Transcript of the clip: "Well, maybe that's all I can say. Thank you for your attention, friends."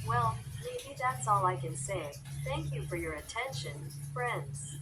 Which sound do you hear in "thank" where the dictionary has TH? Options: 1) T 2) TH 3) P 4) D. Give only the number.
2